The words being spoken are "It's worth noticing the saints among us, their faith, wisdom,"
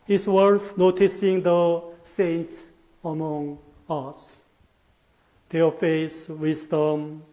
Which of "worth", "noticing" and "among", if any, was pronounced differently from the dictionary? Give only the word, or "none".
worth